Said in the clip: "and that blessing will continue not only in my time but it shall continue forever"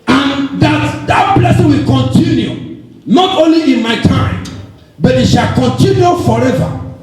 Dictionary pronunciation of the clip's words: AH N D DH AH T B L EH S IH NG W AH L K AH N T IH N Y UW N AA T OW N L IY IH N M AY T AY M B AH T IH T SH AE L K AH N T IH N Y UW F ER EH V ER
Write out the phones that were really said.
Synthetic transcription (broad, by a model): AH N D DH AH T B L EH S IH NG W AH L K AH N T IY N Y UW N AA T OW N L IY IH N M AY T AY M B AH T IH T SH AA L K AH N T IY N Y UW F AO EH V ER